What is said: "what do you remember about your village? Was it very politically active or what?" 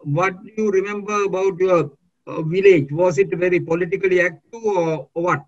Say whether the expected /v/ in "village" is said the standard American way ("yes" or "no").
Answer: yes